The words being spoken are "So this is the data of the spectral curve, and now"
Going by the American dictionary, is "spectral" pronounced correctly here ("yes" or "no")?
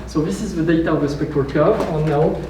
no